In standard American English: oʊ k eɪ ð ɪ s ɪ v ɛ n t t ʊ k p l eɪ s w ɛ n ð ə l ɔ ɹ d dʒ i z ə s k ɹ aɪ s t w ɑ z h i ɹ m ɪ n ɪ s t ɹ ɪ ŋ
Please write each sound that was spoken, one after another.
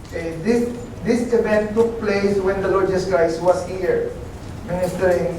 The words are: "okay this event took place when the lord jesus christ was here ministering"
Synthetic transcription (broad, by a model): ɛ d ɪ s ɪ s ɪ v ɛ n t t ʊ k p l eɪ s w ɛ n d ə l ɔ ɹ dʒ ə s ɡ aɪ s w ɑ s h i ɹ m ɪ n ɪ s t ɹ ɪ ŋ